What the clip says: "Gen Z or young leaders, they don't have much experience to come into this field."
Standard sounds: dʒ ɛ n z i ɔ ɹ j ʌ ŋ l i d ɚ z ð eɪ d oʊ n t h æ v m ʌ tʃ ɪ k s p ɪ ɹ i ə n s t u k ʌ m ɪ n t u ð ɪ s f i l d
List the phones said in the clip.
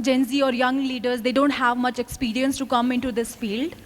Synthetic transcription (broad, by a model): dʒ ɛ n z i ɔ ɹ j ʌ ŋ l i d ɚ z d eɪ d oʊ n t h æ v m ʌ tʃ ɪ k s p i ɹ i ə n s t u k ʌ m ɪ n t u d ɪ s f i l d